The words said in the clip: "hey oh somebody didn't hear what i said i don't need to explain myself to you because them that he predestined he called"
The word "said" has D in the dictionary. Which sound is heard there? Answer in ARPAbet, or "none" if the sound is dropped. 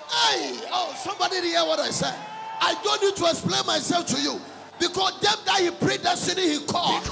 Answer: none